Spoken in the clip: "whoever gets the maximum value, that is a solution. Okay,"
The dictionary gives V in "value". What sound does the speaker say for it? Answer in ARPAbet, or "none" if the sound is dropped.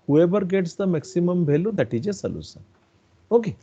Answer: B